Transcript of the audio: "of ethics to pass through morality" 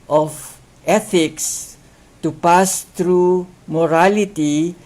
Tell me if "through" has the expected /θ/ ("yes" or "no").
no